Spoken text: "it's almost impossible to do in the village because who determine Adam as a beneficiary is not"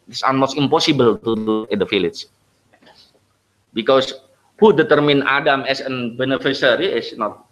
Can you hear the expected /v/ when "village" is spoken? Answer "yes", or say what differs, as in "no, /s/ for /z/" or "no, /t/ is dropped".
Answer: no, /f/ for /v/